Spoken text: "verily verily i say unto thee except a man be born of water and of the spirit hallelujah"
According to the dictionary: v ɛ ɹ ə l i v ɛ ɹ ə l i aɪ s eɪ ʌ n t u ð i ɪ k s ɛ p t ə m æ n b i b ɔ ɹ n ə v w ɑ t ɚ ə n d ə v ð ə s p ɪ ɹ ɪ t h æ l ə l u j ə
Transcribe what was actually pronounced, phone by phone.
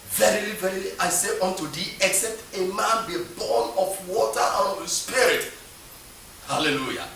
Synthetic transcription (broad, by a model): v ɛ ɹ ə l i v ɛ ɹ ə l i aɪ s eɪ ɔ n t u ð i ɪ k s ɛ p t ə m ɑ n b i b ɔ n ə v w ɑ t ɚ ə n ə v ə s p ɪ ɹ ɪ t h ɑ l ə l u j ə